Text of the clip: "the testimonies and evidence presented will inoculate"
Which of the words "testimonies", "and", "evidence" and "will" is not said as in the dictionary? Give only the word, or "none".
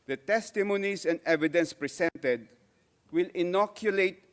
testimonies